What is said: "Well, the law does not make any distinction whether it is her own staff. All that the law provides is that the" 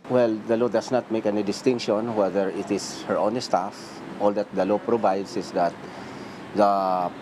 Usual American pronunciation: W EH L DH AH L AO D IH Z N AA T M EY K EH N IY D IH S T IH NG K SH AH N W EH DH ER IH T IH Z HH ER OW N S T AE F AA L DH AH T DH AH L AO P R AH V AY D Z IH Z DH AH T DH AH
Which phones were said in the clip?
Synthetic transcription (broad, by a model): W EH L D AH L AO D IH S N AA T M EY K EH N IY D IH S T IH NG K SH AH N W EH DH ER IH T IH S HH ER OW N S T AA F AA L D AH T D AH L AO P R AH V AY D S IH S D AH T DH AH